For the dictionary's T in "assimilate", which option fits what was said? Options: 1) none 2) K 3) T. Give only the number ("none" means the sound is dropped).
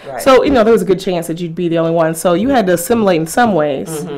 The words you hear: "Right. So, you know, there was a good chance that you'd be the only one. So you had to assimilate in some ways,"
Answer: 1